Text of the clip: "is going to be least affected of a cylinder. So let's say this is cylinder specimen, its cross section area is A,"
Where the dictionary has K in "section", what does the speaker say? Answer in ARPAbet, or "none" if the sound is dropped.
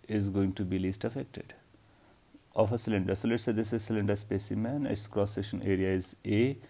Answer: none